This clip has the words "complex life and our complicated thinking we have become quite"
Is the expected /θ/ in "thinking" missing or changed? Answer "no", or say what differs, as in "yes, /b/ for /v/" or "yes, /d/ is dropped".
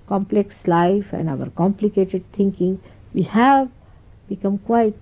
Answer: yes, /t/ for /θ/